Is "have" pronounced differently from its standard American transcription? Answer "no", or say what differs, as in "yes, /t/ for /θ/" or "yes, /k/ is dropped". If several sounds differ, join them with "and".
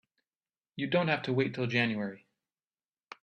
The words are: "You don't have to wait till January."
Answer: yes, /f/ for /v/